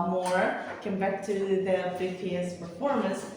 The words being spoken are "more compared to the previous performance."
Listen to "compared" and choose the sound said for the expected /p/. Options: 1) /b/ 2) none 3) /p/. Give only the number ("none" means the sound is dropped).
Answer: 1